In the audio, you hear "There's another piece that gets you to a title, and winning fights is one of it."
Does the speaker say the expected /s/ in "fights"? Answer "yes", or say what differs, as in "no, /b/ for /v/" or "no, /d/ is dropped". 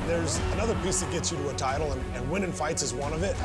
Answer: yes